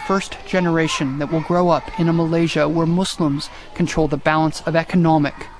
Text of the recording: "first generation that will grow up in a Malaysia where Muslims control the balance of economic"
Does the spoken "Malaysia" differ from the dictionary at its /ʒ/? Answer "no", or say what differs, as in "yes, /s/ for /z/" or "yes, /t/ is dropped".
no